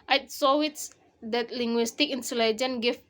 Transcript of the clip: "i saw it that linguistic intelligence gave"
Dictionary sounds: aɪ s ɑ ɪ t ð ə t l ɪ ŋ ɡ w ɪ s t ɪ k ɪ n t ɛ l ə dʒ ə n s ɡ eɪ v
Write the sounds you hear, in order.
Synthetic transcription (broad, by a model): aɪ s ɑ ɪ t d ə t l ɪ ŋ ɡ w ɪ s t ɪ k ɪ n s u l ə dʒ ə n ɡ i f